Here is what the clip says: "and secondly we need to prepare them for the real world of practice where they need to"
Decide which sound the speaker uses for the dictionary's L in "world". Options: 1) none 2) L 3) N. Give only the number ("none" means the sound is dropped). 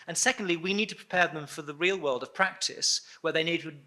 2